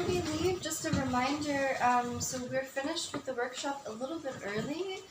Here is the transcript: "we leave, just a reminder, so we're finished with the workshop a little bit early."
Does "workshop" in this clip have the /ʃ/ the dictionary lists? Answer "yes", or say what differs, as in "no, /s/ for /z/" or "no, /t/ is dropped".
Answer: yes